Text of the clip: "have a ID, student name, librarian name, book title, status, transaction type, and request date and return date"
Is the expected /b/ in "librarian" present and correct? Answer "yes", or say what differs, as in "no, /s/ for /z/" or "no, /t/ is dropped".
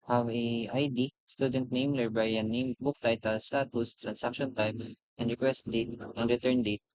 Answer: no, /b/ is dropped